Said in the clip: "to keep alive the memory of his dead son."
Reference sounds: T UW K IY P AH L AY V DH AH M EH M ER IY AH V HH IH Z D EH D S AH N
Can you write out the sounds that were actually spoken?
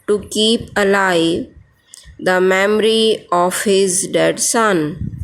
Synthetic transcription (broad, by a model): T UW K IY P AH L AY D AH M EH M ER IY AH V HH IH Z D EH D S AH N